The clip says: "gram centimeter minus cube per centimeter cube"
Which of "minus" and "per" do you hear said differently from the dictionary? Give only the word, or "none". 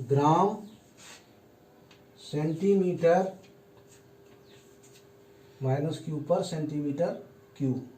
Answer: none